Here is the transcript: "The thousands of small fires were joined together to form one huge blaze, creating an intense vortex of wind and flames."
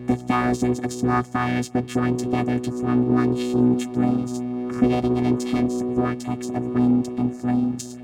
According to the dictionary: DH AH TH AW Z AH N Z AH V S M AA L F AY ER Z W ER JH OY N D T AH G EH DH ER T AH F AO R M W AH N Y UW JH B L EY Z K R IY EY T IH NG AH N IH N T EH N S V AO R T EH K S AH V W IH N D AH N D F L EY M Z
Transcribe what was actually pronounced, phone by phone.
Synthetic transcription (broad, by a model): DH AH TH AW Z AH N Z AH V S M AA L F AY ER Z W ER JH OY N T AH G EH DH ER T AH F AO R M W AH N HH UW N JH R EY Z K R IY EY T IH NG AH N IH N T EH N S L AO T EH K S AH V W IH N D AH N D F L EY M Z